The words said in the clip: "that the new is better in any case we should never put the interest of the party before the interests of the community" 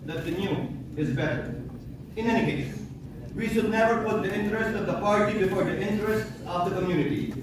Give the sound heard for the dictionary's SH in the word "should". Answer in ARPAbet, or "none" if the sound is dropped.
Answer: SH